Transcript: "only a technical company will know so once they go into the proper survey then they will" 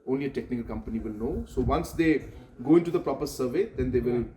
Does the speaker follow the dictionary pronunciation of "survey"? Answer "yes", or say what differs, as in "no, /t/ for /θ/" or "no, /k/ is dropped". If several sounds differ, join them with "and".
yes